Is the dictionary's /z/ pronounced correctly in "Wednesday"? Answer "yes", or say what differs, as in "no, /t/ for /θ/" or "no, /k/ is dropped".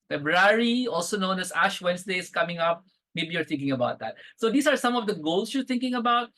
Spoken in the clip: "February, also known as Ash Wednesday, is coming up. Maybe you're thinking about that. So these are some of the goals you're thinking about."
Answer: no, /s/ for /z/